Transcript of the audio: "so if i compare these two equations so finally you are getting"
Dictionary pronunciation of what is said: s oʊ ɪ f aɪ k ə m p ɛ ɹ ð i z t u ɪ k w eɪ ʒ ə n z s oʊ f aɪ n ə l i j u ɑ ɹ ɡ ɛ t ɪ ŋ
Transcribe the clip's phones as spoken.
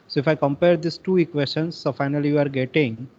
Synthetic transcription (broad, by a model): s oʊ ɪ f aɪ k ə m p ɛ ɹ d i s t u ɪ k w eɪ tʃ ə n s oʊ f aɪ n ə l i j u ɑ ɹ ɡ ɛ t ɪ ŋ